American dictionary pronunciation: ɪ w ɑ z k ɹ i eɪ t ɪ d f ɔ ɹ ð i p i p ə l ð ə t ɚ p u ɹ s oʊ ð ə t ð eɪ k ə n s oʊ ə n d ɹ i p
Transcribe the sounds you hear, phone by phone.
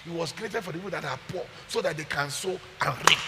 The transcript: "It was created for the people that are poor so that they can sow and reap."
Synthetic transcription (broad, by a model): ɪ w ɑ s k ɹ i eɪ t ɪ d f ɔ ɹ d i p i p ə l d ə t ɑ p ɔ s oʊ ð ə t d eɪ k ə n s oʊ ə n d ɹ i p